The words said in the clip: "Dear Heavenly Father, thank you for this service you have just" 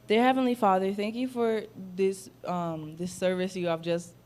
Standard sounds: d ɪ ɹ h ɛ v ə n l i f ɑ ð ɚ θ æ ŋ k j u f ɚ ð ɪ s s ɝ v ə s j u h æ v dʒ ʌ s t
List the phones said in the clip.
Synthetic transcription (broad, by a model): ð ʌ ɹ h ɛ v ə n l i f ɑ ð ɚ θ æ ŋ k j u f ɚ ð ɪ s s ɝ v ə s j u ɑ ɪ v dʒ ʌ s t